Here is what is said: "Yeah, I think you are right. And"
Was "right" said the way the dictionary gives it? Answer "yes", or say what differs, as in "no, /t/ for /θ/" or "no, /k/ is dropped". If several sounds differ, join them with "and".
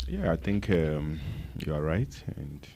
yes